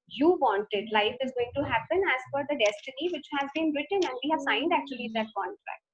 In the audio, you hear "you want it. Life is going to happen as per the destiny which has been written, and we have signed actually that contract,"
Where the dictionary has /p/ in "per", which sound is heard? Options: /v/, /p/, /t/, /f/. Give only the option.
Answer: /f/